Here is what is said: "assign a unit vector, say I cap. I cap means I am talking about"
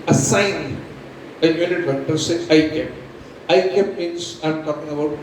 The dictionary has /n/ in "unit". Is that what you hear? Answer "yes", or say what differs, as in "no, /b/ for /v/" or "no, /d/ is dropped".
no, /l/ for /n/